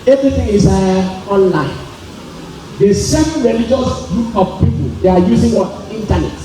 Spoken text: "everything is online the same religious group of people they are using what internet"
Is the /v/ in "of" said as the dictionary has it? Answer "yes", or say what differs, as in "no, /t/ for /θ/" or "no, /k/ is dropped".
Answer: no, /p/ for /v/